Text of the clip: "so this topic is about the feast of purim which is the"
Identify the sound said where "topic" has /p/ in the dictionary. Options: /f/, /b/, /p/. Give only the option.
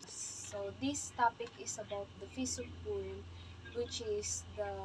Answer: /p/